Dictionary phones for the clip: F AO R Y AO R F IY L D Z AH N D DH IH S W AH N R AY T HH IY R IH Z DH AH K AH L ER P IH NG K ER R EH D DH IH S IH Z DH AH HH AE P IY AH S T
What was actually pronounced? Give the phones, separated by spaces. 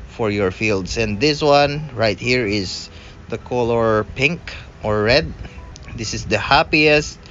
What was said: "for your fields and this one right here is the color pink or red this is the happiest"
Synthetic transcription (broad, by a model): F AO R Y AO R F IY L D S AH N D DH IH S W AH N R AY T HH IY R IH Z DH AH K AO L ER P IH NG K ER R EH D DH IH S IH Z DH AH HH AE P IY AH S T